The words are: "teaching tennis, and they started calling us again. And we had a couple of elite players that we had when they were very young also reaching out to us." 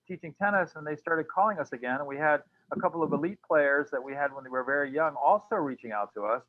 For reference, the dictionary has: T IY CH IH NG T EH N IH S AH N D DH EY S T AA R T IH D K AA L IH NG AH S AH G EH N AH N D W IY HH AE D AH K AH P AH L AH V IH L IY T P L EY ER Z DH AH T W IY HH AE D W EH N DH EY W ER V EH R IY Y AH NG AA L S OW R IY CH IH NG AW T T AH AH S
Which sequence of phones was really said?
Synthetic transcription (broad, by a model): T IY CH IH NG T EH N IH S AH N DH EY S T AA R T IH D K AA L IH NG AH S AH G EH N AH N W IY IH D AH K AH P L AH V IH L IY T P L EY ER Z DH AH T W IY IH D W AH N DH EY W ER V EH R IY Y AH NG AA L S OW R IY CH IH NG AW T T AH AH S